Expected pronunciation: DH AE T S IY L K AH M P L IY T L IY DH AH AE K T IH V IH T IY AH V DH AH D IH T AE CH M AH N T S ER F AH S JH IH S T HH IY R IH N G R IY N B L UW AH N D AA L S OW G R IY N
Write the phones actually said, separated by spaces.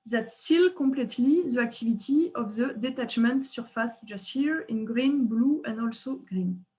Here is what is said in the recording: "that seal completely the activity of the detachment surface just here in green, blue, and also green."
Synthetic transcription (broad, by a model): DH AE T S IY L K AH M P L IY T L IY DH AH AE K T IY V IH T IY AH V DH AH D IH T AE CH M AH N T S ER F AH S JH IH S T HH IY R IH N G R IY N B L UW AH N D AA L S OW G R IY N